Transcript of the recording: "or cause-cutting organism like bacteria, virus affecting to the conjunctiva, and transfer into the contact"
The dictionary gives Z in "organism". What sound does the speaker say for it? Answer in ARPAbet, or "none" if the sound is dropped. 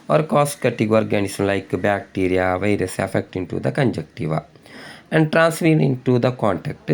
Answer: S